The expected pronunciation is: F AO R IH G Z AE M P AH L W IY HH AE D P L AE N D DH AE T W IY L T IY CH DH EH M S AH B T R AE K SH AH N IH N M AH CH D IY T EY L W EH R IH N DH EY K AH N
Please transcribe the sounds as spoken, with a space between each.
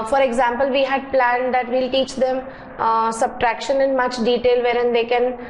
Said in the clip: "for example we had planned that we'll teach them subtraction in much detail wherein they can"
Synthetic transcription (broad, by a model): F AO R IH G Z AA M P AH L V IY HH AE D P L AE N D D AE T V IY L T IY CH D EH M S AH B T R AE K SH AH N IH N M AH CH D IY T EY L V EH R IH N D EY K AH N